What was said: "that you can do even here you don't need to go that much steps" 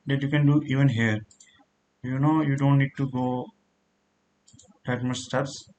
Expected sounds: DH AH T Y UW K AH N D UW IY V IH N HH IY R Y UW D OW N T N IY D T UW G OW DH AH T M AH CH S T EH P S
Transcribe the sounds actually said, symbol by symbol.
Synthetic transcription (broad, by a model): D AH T Y UW K AH N D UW IY V IH N HH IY R Y UW D OW N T N IY D T UW G OW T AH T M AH S S T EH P S